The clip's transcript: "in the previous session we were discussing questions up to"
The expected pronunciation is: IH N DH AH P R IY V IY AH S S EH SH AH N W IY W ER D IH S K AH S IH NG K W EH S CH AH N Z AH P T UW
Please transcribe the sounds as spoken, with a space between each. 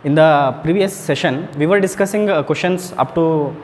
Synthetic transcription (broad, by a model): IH N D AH P R IY V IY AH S S EH SH AH N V IY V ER D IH S K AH S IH NG K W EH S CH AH N S AH P T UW